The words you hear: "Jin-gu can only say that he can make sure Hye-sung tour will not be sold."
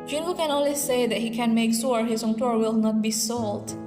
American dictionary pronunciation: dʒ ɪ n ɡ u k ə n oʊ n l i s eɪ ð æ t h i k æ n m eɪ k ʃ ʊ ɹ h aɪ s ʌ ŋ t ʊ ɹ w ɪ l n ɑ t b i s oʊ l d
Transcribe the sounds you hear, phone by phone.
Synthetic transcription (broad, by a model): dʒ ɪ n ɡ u k ə n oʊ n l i s eɪ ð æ t h i k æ n m eɪ k s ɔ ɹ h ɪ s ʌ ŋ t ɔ ɹ w ɪ l n ɑ t b i s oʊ l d